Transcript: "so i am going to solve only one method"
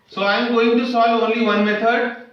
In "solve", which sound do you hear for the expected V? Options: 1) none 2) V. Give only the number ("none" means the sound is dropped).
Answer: 1